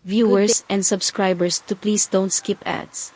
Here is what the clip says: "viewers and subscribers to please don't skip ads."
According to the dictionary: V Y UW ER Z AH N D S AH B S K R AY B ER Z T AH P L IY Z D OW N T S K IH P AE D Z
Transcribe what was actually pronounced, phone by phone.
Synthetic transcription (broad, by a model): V Y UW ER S AH N D S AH B S K R AY B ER S T AH P L IY S D OW N T S K IH P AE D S